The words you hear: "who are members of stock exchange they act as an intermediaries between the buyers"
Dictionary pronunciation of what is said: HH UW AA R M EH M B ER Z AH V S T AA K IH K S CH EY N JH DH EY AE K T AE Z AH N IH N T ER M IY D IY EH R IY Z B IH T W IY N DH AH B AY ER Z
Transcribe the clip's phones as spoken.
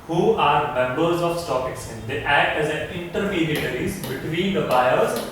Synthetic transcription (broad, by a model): HH UW AA R M EH M B ER Z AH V S T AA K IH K S EY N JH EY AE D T AE Z AH N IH N T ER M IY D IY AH R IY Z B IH T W IY N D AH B AY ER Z